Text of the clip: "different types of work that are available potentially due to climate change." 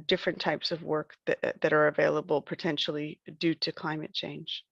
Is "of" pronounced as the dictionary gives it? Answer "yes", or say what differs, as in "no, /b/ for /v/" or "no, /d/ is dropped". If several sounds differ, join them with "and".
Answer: yes